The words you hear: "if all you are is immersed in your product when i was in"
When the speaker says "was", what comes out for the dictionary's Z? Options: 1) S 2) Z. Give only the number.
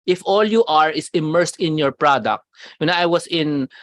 1